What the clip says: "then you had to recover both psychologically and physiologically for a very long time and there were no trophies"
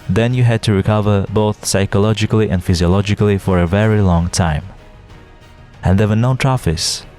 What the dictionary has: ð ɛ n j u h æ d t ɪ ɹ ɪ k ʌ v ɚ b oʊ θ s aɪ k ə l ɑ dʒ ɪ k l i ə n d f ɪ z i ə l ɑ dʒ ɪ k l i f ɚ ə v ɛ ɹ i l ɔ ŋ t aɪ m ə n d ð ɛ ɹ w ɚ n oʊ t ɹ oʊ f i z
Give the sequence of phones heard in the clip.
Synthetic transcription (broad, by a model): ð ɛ n j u h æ d t ɪ ɹ ɪ k ʌ v ɚ b oʊ θ s aɪ k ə l ɑ dʒ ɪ k l i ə n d f ɪ z i ə l ɑ dʒ ɪ k l i f ɚ ə v ɛ ɹ i l ɔ ŋ t aɪ m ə n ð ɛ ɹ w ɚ n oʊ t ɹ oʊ f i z